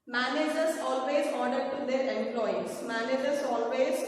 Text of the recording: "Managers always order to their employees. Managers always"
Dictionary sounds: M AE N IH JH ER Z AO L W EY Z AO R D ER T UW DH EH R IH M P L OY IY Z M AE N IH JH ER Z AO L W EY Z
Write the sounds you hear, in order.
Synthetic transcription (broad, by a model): M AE N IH JH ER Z AO L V EY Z AO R D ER T UW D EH R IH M P L OY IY S M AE N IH JH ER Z AO L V EY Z